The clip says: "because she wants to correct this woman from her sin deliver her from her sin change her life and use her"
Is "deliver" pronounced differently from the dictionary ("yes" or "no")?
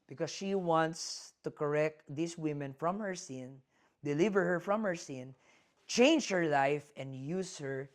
no